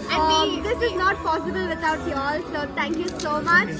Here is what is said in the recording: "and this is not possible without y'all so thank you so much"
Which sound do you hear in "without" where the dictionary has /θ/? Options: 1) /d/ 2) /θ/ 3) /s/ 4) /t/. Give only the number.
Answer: 4